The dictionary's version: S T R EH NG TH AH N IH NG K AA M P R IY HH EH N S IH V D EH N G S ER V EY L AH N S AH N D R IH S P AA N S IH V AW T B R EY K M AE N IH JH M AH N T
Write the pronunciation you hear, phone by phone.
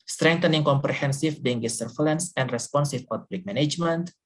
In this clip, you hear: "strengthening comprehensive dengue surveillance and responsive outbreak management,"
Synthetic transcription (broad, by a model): S T R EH NG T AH N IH NG K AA M P R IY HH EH N S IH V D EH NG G S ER F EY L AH N S AH N D R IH S P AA N S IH P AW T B L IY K M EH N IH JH M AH N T